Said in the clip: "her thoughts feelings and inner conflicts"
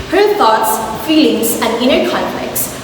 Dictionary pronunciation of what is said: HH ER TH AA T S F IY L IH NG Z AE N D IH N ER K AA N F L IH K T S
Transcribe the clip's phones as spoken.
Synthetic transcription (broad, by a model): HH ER T AA T S F IY L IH NG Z AE N D IH N ER K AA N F L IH K T S